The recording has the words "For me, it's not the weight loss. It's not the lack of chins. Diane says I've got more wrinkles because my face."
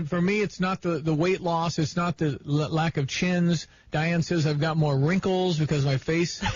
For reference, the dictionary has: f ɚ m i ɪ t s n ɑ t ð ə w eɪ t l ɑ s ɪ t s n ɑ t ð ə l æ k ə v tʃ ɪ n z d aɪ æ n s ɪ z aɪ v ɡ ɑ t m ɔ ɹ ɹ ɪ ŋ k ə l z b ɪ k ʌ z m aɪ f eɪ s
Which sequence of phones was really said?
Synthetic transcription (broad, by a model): f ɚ m i ɪ t s n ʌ t ð ə w eɪ t l ɑ s ɪ t s n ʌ t ð ə l æ k ə v tʃ ɪ n z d aɪ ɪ n s ɪ z aɪ v ɡ ɑ t m ɔ ɹ ɹ ɪ ŋ k l z b ɪ k ʌ z m aɪ f eɪ s